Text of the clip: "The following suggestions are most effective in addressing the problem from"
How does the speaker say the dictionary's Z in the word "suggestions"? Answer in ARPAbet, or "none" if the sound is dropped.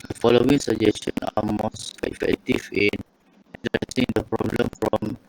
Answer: none